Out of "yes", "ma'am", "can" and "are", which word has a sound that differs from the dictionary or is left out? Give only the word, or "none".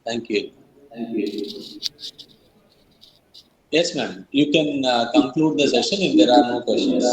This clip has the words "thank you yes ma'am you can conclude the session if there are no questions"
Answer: none